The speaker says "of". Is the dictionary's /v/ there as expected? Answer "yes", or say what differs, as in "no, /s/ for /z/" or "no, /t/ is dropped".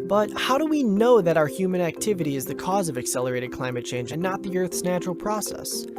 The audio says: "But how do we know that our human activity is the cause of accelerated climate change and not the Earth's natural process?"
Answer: yes